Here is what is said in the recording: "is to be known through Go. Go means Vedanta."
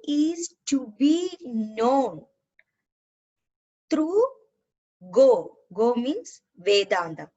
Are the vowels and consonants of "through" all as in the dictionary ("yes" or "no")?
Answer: no